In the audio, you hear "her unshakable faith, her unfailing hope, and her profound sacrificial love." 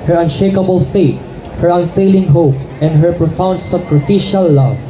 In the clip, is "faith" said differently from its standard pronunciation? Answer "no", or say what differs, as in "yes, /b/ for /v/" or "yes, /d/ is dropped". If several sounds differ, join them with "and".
yes, /t/ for /θ/